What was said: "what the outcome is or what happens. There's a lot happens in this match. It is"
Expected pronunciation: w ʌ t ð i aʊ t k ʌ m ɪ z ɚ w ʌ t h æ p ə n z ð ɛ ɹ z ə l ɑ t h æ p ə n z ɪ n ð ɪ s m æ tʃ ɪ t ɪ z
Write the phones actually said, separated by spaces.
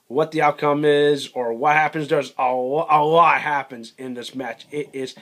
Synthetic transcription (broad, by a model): w ʌ t ð i aʊ t k ʌ m ɪ z ɚ w ʌ t h æ p ə n z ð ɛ ɹ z ə w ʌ t h æ p ə n z ɪ n ð ɪ s m æ tʃ ɪ t ɪ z